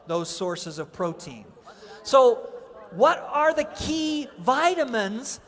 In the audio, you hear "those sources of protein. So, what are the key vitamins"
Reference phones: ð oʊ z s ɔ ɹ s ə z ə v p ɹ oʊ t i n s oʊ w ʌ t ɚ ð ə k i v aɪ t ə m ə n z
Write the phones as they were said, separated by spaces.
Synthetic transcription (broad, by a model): ð oʊ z s ɔ ɹ s ə z ə v p ɹ oʊ t i n s oʊ w ʌ t ɚ ð ə k i v aɪ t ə m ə n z